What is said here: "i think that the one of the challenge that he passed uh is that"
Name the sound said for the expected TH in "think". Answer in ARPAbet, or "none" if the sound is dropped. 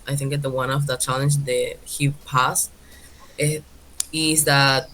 TH